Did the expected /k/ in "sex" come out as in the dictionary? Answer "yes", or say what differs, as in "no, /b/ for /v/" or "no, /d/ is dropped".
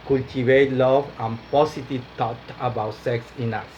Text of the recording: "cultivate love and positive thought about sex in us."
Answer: yes